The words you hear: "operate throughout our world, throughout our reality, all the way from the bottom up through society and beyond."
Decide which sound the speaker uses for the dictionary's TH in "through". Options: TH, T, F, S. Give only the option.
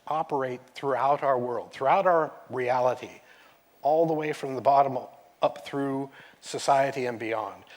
TH